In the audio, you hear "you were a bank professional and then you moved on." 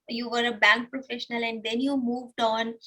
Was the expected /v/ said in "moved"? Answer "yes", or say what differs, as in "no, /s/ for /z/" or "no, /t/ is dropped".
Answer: yes